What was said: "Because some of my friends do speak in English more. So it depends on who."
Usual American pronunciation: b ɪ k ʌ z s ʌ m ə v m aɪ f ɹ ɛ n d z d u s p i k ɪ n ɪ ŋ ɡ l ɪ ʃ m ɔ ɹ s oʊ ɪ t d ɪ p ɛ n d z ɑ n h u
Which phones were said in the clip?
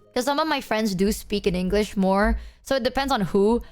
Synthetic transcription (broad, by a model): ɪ k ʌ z s ʌ m ə v m aɪ f ɹ ɛ n d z d u s p i k ɪ n ɪ ŋ ɡ l ɪ ʃ m ɔ ɹ s oʊ ɪ t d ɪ p ɛ n d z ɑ n h u